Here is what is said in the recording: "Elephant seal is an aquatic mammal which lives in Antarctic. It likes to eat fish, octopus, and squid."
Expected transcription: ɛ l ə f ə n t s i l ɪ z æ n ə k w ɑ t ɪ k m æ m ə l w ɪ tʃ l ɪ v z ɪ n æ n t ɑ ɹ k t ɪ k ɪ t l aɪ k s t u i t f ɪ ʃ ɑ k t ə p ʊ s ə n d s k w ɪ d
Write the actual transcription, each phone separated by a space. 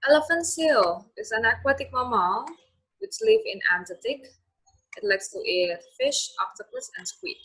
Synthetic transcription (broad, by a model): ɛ l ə f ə n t s i l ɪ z æ n ə k w ɑ t ɪ k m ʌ m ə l w ɪ tʃ l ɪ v ɪ n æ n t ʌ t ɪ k ɪ t l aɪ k s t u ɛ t f ɪ ʃ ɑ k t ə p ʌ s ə n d s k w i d